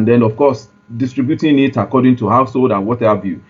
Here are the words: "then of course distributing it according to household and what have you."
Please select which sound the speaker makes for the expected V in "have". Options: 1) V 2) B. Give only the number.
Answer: 2